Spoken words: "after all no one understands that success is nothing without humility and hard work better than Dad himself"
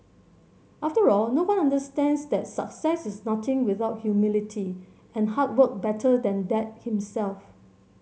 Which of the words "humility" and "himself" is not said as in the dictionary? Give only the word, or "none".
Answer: none